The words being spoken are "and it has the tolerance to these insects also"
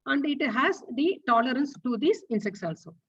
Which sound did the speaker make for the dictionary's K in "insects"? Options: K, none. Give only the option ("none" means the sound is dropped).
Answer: K